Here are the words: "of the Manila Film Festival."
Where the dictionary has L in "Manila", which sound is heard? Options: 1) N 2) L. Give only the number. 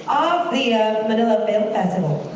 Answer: 2